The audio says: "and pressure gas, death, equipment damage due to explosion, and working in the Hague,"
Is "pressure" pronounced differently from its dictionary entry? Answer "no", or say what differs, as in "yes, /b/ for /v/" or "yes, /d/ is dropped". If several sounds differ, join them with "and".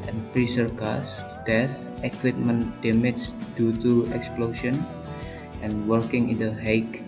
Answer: yes, /s/ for /ʃ/